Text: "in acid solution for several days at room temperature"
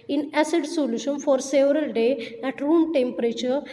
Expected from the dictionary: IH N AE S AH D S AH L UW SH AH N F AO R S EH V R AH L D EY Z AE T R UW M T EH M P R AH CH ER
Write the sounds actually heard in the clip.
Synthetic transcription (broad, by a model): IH N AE S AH D S AH L UW SH AH N F AO R S EH V R AH L D EY AE T R UW M T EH M P R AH CH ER